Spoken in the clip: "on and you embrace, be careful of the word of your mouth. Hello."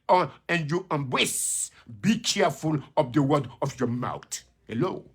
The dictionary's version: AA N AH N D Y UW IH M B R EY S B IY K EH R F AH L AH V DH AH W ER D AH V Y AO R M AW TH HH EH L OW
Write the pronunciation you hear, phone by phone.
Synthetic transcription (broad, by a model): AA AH N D Y UW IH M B W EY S B IY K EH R F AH L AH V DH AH W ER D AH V Y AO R M AW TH HH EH L OW